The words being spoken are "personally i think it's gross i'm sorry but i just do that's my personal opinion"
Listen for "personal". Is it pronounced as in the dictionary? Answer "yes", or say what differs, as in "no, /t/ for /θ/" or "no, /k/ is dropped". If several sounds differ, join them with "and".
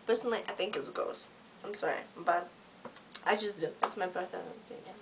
no, /θ/ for /s/